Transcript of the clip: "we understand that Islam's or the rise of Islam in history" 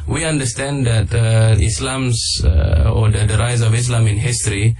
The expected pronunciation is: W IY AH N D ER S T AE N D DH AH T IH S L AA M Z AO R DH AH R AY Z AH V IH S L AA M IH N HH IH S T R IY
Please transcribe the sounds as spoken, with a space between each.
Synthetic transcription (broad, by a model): W IY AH N D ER S T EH N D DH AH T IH S L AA M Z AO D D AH R AY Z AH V IH S L AA M IH N HH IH S T R IY